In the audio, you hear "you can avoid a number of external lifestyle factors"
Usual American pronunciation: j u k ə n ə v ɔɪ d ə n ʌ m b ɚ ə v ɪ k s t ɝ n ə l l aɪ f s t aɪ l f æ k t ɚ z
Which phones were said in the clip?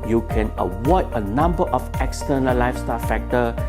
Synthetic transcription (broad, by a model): j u k ə n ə w ɔɪ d ə n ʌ m b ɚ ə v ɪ k s t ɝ n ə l l aɪ f s t aɪ l f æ k t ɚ